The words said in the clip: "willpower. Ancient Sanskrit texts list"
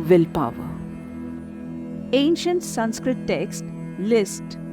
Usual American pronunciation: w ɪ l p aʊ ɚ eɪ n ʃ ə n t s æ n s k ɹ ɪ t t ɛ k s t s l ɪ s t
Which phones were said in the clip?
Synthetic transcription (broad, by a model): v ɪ l p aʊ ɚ eɪ n ʃ ə n t s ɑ n s k ɹ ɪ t t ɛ k s t l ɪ s t